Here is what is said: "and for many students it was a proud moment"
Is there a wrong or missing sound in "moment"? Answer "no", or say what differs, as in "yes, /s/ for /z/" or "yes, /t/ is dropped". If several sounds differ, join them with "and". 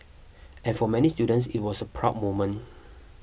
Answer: yes, /t/ is dropped